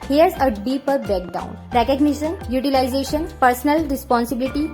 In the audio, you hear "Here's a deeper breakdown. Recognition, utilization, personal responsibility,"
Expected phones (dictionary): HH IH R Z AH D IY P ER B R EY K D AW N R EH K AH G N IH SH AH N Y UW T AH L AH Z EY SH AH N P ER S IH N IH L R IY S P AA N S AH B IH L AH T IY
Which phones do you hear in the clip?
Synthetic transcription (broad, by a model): HH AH R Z AH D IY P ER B EY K D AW N R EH K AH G N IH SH AH N Y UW T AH L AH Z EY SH AH N P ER S N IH L R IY S P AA N S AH B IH L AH T IY